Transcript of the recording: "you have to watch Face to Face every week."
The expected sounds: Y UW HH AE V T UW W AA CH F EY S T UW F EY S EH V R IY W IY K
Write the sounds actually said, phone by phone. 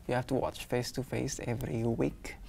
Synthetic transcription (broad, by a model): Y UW HH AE F T UW W AA CH F EY S T UW F EY S EH V R IY W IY K